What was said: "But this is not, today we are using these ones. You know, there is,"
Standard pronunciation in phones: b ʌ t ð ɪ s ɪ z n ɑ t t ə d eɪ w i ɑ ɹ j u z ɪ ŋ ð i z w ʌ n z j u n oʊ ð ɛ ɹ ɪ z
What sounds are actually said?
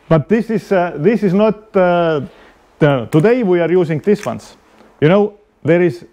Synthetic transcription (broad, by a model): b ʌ t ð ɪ s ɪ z n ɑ t t ə d eɪ w i ɑ ɹ j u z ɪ ŋ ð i s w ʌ n s j u n oʊ ð ɛ ɹ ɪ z